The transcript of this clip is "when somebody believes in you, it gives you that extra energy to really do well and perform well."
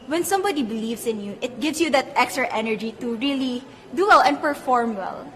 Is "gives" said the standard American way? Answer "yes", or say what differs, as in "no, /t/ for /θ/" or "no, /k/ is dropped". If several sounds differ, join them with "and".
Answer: no, /s/ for /z/